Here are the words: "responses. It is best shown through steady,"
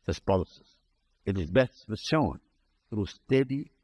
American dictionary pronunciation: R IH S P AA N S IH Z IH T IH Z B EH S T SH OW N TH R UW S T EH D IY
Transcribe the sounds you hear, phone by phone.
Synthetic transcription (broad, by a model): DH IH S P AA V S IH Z IH T IH Z B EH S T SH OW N TH R UW S T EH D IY